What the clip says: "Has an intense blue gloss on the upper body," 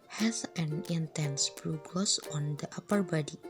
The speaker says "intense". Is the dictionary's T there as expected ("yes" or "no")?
yes